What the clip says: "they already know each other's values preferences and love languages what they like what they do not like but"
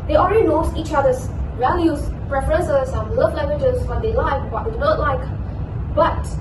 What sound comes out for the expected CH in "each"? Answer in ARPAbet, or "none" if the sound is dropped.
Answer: CH